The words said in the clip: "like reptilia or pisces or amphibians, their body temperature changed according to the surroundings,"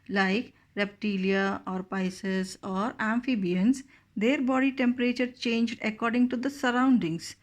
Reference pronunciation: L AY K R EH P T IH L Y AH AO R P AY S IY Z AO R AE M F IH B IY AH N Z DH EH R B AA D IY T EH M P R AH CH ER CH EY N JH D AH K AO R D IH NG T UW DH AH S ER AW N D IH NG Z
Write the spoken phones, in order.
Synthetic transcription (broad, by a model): L AY K R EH P T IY L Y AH AO R P AY S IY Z AO R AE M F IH B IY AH N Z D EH R B AA D IY T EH M P R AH CH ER CH EY N JH D AH K AO R D IH NG T UW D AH S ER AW N D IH NG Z